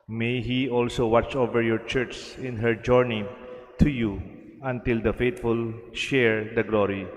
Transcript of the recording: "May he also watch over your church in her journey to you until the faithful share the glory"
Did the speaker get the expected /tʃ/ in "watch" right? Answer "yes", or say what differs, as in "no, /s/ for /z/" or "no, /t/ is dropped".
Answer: yes